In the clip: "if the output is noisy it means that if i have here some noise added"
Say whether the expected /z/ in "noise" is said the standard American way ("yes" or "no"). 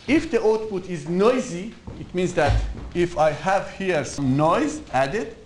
yes